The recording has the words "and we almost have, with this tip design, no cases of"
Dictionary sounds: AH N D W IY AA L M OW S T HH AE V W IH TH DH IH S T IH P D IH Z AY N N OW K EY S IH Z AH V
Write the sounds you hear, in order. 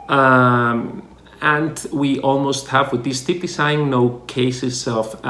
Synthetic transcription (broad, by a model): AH N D W IY AA L M OW S T HH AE V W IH DH IH S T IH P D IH S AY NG N OW K EY S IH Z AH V